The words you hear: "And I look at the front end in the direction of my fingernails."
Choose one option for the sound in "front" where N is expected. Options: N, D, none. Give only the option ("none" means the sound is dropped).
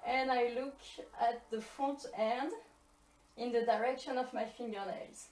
none